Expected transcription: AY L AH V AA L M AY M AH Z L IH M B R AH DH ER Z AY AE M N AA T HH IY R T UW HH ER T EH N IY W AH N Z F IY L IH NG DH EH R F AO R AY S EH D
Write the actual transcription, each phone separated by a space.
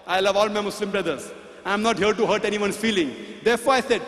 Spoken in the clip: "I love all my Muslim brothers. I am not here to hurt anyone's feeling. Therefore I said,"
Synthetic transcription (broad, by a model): AY L AH V AA L M AY M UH S L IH M B R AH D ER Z AY M N AA T HH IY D T UW HH ER T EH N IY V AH N F IY L IH NG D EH R F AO R AY S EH D